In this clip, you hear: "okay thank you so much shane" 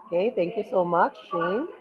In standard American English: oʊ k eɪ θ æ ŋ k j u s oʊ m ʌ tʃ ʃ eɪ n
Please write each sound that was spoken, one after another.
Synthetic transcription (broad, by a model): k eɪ t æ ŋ k j u s oʊ m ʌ tʃ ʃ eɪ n